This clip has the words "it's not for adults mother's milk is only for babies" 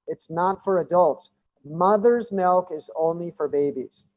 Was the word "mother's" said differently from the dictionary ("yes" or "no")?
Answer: no